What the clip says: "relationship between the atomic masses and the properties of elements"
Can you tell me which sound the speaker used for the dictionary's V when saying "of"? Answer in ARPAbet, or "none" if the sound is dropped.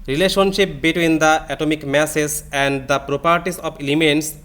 P